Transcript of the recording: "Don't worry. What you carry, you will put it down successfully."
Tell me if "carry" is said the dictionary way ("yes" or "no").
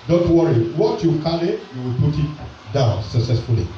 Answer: no